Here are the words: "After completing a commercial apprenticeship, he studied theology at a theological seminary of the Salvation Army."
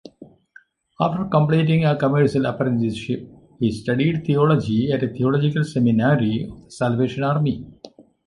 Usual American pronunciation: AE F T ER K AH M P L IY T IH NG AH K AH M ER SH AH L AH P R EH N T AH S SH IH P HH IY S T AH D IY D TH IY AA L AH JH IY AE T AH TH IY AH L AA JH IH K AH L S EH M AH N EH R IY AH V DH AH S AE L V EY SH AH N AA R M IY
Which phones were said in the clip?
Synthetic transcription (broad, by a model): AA F T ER K AH M P L IY T IH NG AH K AH M ER SH AH L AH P R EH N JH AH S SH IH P HH IY S T AH D IY D T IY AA L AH JH IY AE T AH T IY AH L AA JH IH K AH L S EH M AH N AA R IY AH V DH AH S AE L V EY SH AH N AA R M IY